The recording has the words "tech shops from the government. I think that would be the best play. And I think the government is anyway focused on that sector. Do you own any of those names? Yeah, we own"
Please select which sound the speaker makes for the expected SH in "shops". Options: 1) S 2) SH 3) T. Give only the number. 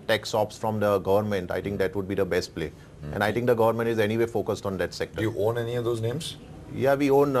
1